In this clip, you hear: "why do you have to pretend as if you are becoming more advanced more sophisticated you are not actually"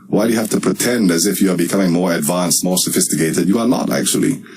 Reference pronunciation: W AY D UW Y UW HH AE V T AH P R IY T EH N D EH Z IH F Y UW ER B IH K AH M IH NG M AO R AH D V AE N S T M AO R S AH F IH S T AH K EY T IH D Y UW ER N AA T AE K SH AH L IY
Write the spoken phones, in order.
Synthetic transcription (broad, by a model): W AY D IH Y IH HH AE F T AH P R IY T EH N D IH Z IH F Y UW ER B IH K AH M IH NG M AO R AH D V AE N S T M AO R S AH F IH S T AH K EY T IH D Y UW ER N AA T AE K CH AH L IY